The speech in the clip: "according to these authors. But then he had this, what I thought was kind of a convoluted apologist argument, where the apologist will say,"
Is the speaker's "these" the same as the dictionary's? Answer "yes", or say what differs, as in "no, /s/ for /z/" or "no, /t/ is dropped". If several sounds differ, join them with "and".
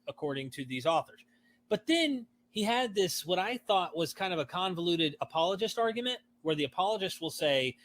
yes